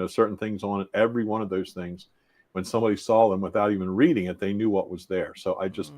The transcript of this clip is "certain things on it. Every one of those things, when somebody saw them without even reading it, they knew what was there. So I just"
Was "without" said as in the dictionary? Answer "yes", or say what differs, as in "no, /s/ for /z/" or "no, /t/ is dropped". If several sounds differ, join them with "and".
yes